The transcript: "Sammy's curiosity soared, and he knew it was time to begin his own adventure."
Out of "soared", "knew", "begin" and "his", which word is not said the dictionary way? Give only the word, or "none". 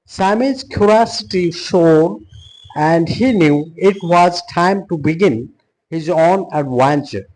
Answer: soared